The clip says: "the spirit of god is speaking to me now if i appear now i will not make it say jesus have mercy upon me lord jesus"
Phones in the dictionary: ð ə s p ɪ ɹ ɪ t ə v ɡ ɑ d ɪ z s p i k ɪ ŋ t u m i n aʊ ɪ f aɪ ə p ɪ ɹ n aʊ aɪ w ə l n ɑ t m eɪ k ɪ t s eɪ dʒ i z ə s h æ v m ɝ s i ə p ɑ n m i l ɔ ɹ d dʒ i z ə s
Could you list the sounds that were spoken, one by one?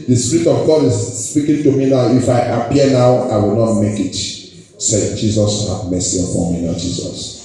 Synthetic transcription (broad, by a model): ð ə s p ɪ ɹ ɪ t ə v ɡ ɑ d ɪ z s p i k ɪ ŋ t u m i n aʊ ɪ f aɪ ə p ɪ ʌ n aʊ aɪ w ə l n ɑ t m eɪ k ɪ t s eɪ dʒ i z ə s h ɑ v m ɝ s i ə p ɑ m i n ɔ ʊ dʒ i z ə s